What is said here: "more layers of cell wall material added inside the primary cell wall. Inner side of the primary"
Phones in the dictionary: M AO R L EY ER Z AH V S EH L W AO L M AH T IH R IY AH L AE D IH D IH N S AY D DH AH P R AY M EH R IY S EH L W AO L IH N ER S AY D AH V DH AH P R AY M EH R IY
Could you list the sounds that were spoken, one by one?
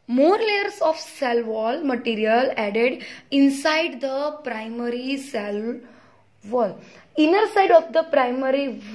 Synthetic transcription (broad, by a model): M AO R L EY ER S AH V S EH L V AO L M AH T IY R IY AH L AE D IH D IH N S AY D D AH P R AY M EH R IY S EH L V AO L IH N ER S AY D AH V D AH P R AY M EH R IY